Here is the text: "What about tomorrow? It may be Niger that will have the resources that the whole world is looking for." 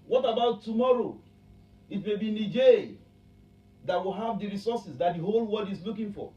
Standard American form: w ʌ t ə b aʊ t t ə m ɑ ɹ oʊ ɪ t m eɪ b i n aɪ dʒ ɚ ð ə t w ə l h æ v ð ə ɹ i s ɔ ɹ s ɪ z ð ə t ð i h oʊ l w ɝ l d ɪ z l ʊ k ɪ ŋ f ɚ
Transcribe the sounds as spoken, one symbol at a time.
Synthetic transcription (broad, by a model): w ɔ t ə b aʊ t t ə m ɑ ɹ oʊ ɪ t m eɪ b i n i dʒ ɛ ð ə t w ə l h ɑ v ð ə ɹ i s ɔ s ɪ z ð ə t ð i h oʊ l w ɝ d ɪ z l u k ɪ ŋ f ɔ